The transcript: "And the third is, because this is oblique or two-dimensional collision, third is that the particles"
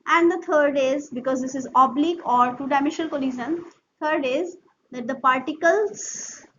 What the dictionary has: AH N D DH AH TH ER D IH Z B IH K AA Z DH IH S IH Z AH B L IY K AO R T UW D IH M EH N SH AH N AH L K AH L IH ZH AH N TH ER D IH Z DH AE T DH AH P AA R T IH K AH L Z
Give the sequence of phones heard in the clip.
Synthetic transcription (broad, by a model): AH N D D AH T ER D IH Z B IH K AA Z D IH S IH Z AH B L IY K AO R T UW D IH IH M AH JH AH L K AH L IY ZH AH N T ER D IH Z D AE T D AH P AA R T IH K AH L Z